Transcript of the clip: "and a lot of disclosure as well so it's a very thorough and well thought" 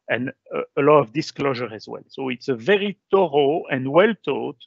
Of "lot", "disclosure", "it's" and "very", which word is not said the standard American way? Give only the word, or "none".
none